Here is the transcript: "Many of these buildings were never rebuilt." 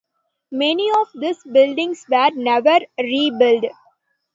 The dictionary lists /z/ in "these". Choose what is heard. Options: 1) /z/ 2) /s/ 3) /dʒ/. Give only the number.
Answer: 2